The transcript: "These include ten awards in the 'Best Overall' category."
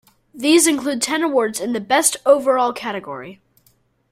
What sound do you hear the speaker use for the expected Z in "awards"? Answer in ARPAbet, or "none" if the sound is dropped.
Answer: Z